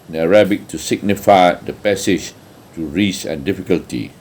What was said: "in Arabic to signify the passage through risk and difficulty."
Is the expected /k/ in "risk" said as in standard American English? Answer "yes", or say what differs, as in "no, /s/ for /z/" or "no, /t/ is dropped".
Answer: no, /k/ is dropped